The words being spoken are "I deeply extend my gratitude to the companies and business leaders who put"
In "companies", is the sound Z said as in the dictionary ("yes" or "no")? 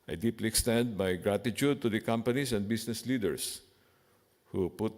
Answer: no